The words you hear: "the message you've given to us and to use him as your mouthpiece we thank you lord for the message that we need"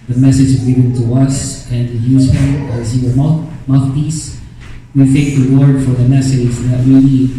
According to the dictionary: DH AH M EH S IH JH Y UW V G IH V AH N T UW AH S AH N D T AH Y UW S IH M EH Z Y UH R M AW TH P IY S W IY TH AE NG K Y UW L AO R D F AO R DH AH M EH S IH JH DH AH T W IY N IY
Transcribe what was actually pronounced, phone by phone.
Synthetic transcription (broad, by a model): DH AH M EH S IH JH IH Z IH B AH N T UW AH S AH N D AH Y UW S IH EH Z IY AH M M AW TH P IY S W IY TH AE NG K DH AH W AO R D F AO R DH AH M EH S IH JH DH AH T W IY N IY